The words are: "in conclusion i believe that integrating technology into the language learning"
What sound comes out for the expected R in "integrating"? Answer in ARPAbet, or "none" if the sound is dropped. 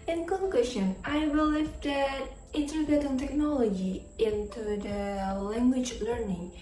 none